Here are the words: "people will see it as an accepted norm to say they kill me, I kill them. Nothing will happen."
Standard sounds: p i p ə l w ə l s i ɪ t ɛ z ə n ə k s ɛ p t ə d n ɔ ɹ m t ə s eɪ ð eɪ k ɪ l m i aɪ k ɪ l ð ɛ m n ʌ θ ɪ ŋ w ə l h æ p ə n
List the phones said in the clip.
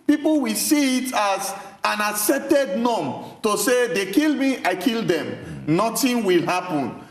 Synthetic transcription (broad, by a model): p i p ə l w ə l s i t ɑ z ə n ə s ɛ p t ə d n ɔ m t ə s eɪ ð eɪ k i l m i aɪ k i l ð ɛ m n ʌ t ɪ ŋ w ə l h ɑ p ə n